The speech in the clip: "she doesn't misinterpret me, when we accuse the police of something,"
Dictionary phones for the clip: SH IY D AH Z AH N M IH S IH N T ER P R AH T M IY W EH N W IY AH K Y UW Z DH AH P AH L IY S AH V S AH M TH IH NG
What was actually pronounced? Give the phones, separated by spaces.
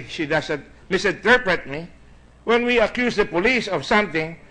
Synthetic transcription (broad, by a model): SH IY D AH S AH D M IH S IH N T ER P R AH T M IY W EH N W IY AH K Y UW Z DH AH P AH L IY S AH V S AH M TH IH NG